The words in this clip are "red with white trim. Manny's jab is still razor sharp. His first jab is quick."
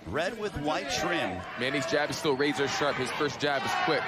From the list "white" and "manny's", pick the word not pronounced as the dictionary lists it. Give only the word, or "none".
none